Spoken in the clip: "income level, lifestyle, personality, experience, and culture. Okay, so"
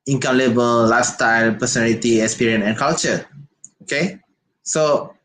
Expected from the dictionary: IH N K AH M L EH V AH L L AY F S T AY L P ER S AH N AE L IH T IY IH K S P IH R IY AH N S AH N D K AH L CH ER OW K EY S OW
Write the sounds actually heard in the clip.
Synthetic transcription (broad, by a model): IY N K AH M L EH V AH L L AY S T AY L P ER S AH N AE L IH T IY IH K S P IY R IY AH N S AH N K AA L CH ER OW K EY S OW